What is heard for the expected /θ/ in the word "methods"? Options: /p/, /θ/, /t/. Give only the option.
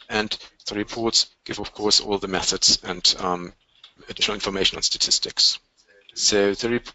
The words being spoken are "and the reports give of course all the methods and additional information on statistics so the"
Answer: /θ/